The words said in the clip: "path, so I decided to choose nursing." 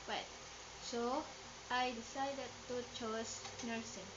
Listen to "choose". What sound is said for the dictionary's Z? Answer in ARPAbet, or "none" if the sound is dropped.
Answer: S